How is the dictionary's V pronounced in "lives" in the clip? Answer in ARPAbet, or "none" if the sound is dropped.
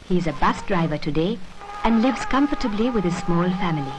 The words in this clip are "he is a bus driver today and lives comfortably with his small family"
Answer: V